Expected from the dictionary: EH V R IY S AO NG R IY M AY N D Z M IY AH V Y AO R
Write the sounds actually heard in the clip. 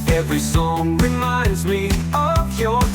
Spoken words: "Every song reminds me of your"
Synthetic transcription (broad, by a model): EH V R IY S AO NG R IY M AY N D Z M IY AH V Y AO